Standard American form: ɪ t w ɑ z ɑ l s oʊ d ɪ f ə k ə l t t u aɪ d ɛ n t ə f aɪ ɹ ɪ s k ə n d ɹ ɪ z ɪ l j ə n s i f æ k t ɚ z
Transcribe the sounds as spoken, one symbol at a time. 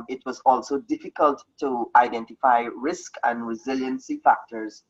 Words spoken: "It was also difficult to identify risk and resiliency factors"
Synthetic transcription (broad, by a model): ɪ t w ɑ z ɑ l s oʊ d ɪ f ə k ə l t t u aɪ d ɛ n t ə f aɪ ɹ ɪ s k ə n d ɹ ɪ z ɪ l j ə n s i f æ k t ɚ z